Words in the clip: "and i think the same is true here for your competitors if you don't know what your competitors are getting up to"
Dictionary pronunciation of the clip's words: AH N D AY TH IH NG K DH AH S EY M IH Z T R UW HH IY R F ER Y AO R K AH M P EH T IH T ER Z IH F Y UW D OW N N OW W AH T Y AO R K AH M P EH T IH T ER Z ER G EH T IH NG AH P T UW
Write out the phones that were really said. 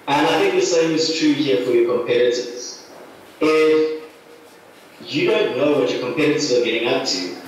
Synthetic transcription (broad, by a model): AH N AY TH IH NG K DH AH S EY M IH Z T R UW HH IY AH F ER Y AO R K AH M P EH T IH T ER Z IH F Y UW D OW N N OW W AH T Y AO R K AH M P EH T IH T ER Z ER G EH T IH NG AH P T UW